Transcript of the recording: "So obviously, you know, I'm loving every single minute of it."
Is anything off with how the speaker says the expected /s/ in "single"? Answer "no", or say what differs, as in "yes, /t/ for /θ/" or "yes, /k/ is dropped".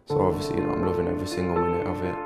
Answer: yes, /θ/ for /s/